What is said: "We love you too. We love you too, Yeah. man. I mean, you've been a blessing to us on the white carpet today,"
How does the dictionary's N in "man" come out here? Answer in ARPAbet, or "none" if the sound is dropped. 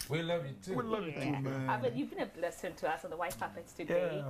none